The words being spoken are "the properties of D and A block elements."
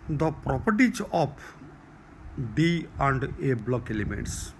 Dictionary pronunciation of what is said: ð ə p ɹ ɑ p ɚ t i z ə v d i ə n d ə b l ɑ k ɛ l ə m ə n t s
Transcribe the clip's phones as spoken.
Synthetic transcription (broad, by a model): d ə p ɹ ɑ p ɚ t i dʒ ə p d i ə n d ə b l ɑ k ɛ l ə m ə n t s